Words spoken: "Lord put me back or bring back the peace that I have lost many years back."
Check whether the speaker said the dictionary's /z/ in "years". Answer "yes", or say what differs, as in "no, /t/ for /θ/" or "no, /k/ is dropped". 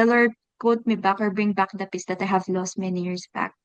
no, /s/ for /z/